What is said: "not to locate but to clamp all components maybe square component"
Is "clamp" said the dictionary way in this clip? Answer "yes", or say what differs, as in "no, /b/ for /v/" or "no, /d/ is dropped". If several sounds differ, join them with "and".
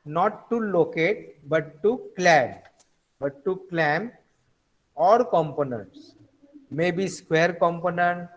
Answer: no, /b/ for /p/